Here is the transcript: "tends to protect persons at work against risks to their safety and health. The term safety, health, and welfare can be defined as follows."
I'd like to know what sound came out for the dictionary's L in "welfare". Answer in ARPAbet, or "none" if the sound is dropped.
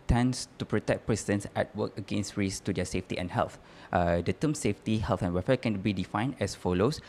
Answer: none